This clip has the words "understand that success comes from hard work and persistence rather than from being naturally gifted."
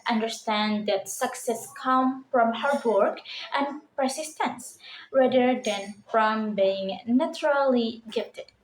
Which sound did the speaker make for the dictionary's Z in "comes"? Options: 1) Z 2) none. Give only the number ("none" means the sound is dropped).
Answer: 2